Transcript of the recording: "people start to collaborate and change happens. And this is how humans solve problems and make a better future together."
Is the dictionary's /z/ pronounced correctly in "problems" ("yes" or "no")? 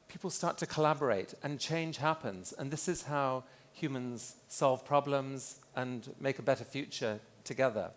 yes